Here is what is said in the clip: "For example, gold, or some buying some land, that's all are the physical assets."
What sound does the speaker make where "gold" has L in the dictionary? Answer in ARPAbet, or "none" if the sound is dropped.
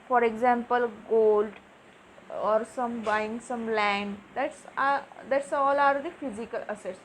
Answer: L